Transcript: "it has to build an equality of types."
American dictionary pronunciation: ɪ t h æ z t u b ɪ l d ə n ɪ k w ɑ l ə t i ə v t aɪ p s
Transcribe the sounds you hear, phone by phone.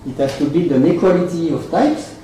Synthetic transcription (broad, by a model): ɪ t h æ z t u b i d ə n ɪ k w ɑ l ə t i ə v t aɪ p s